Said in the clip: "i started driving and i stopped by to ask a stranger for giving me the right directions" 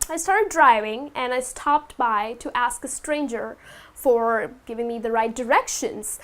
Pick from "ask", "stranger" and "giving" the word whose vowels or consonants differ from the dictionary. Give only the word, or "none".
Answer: none